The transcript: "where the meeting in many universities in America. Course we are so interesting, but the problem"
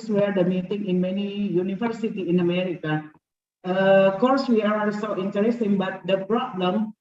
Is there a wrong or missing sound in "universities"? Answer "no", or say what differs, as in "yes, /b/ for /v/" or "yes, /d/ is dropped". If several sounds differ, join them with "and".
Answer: yes, /z/ is dropped